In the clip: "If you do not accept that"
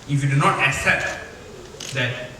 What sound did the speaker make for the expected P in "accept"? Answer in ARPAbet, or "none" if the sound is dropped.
P